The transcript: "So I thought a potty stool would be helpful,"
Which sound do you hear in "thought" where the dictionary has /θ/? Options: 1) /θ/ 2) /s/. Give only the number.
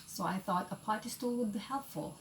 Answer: 1